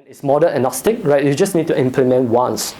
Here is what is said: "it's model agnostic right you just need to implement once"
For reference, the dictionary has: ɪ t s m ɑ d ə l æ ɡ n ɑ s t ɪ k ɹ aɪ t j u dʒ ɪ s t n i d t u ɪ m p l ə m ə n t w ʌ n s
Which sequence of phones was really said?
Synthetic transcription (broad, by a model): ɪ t s m ɑ d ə n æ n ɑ s t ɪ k ɹ aɪ t j u dʒ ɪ s n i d t u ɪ m p l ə m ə n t w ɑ n s